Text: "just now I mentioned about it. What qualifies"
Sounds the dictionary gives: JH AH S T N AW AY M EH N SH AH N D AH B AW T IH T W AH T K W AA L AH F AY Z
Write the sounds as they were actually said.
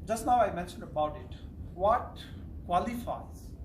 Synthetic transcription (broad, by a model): JH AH S T N AW AY M EH N SH AH N D AH B AW T IH T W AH T K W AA L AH F AY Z